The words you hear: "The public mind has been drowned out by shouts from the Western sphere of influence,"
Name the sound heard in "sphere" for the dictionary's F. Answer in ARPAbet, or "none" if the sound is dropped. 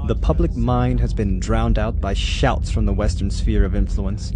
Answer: F